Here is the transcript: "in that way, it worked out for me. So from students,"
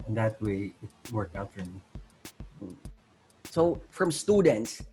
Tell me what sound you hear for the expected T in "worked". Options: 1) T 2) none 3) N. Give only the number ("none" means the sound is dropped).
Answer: 2